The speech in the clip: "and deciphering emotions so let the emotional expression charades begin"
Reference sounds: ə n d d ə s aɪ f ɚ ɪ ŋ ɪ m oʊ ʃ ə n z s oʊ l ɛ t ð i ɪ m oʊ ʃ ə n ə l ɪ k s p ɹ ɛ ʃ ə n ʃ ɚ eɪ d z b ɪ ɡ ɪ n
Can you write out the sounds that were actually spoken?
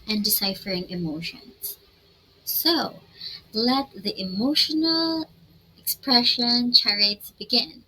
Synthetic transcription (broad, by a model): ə n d d ə s aɪ f ɚ ɪ ŋ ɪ m oʊ ʃ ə n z s oʊ l ɛ t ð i ɪ m oʊ ʃ ə n ə l ɪ k s p ɹ ɛ ʃ ə n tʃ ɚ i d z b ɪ ɡ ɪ n